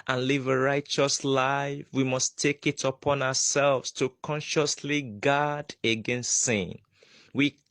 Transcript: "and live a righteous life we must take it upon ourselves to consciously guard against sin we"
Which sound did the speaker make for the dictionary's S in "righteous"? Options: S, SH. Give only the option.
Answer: S